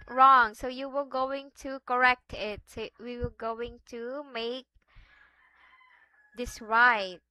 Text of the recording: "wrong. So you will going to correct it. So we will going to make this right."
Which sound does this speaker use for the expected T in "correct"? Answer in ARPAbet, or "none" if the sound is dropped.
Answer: T